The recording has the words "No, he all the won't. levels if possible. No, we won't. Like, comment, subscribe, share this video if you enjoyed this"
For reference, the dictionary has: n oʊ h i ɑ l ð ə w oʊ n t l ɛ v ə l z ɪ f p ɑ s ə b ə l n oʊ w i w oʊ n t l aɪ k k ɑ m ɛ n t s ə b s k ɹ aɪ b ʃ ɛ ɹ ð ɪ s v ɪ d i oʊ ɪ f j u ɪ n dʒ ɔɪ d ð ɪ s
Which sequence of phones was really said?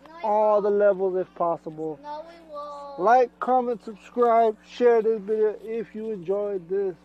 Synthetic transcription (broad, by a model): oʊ ɑ l ð ə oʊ l ɛ v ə l z ɪ f p ɑ s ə b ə l l aɪ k k ɑ m ɛ n t s ə b s k ɹ aɪ b ʃ ɛ ɹ ð ɪ s b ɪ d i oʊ ɪ f j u ɪ n dʒ ɔɪ d ð ɪ s